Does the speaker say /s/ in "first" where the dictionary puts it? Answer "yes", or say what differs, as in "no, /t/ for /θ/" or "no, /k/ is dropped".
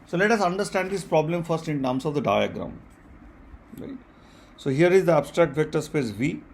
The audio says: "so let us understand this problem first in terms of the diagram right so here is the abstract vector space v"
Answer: yes